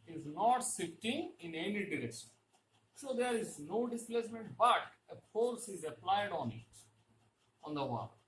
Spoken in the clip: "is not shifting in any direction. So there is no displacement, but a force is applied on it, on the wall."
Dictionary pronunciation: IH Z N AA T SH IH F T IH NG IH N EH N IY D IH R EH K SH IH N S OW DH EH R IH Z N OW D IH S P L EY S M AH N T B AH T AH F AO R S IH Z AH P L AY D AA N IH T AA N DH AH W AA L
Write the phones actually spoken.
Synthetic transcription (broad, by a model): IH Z N AA T S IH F T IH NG IH N EH N IY D IH R EH K SH IH N S OW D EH R IH Z N OW D IH S P L EY S M AH N T B AH T AH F AO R S IH Z AH P L AY D AA N IH T AA N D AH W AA